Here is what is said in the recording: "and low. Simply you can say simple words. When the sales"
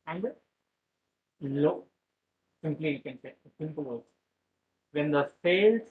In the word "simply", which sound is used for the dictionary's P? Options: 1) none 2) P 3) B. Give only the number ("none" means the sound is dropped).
2